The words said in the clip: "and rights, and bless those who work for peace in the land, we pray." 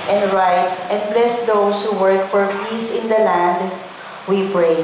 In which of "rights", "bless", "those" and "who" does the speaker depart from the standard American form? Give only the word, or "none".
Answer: those